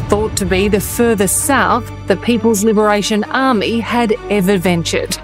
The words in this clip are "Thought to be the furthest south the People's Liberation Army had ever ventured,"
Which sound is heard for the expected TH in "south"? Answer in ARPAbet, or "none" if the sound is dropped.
TH